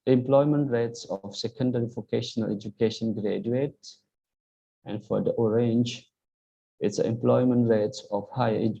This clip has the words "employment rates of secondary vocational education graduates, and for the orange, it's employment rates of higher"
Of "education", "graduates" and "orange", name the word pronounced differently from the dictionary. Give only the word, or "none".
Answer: graduates